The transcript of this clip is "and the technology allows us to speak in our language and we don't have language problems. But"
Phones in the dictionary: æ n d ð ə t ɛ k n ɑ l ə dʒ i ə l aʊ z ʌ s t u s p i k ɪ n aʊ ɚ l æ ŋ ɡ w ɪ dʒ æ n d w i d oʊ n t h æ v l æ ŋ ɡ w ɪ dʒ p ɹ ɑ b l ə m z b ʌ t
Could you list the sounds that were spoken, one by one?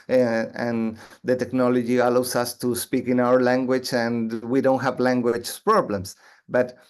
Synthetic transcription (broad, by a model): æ n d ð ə t ɛ k n ɑ l ə dʒ i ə l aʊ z ʌ s t u s p i k ɪ n aʊ ɚ l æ ŋ ɡ w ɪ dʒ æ n w i d oʊ n t h æ v l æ ŋ ɡ w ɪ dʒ p ɹ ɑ b l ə m s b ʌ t